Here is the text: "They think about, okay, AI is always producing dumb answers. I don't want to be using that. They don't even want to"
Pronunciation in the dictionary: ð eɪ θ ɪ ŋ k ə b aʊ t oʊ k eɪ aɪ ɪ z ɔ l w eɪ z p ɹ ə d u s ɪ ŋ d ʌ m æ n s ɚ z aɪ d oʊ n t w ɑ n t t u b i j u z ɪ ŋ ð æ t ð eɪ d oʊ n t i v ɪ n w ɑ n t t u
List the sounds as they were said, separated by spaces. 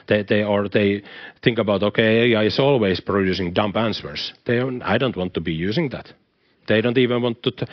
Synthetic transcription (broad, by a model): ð eɪ θ ɪ ŋ k ə b aʊ t oʊ k eɪ aɪ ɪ s ɔ l w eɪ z p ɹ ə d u s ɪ ŋ d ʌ m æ n s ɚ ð aɪ d oʊ n t w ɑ n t t u b i j u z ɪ ŋ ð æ t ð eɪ d oʊ n t i v ɪ n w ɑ n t t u